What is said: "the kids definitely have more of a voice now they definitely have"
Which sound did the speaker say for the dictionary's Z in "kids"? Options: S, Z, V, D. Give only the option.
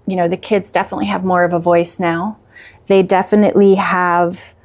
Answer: Z